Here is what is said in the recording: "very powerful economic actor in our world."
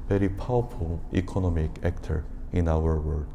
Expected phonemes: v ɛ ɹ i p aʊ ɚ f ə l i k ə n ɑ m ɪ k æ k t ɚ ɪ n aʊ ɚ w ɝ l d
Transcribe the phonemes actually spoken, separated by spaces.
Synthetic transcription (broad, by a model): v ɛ ɹ i p aʊ ɚ f ə l i k ə n ɑ m ɪ k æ k t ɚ ɪ n aʊ ɚ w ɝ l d